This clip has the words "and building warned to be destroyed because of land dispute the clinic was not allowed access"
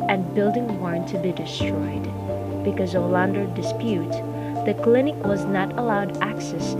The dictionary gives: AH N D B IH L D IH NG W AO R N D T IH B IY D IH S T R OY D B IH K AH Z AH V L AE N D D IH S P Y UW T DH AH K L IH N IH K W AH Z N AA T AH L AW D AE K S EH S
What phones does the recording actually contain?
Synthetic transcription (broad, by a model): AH N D B IH L D IH NG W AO R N T IH B IY D IH S T R OY D B IH K AH Z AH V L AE N D D IH S P Y UW T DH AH K L IH N IH K W AH Z N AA T AH L AW D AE K S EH S